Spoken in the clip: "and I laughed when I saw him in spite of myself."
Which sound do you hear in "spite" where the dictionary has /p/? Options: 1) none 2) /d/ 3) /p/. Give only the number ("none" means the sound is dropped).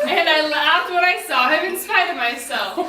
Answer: 1